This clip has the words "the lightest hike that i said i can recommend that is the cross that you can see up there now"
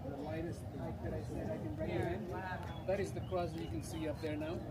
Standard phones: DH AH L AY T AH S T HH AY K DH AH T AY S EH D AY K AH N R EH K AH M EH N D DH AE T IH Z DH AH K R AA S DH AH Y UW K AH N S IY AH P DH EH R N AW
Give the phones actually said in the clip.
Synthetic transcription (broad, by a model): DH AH L AY T AH S T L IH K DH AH T AY S EH D AY K AH N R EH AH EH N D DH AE T IH Z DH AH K AA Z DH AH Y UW K AH N S IY AH P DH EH R N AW